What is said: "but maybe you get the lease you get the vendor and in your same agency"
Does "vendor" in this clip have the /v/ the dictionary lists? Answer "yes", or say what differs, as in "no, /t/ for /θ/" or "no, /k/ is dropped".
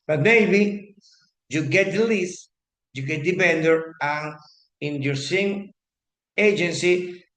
no, /p/ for /v/